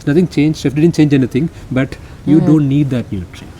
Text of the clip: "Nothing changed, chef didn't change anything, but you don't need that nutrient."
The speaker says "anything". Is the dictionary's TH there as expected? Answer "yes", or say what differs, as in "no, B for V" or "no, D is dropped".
no, T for TH